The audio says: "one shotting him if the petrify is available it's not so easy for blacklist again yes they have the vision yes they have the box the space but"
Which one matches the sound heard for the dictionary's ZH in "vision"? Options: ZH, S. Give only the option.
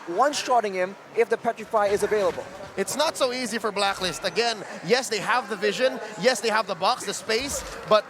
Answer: ZH